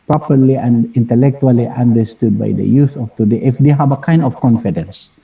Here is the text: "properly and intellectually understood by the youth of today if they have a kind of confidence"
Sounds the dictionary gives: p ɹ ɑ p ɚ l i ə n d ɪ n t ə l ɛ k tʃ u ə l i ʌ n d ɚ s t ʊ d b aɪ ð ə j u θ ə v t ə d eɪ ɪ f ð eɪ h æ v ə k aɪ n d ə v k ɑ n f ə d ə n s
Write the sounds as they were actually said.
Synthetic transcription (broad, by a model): p ɹ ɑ p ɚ l i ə n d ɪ n t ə l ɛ k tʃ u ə l i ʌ n d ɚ s t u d b aɪ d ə j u s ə f t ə d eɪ ɪ f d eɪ h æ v ə k aɪ n d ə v k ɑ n f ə d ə n s